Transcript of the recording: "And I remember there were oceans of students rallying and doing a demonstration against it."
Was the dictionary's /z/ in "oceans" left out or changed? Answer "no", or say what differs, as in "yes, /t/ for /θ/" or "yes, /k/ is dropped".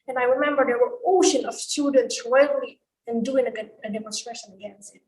yes, /z/ is dropped